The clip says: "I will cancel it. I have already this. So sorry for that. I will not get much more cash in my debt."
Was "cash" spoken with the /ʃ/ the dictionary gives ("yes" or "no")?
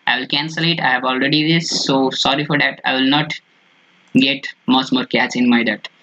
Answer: no